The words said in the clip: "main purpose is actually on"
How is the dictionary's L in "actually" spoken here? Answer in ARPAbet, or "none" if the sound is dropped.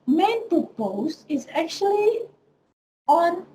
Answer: L